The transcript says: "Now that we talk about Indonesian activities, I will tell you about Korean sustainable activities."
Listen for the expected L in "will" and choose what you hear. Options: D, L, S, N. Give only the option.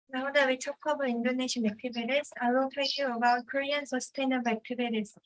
N